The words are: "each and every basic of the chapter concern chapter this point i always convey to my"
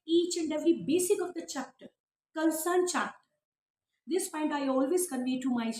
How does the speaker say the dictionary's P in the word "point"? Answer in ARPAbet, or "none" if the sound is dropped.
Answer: F